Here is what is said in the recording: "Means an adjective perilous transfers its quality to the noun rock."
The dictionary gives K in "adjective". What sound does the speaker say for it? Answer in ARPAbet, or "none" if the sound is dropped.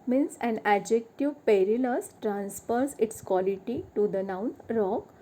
K